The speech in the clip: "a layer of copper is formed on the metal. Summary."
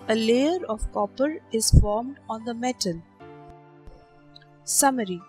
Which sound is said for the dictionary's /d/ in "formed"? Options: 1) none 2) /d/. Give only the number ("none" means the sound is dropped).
2